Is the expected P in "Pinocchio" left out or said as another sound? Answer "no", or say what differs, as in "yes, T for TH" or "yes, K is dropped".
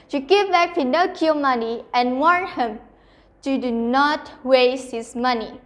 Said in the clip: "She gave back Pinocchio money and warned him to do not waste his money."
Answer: yes, F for P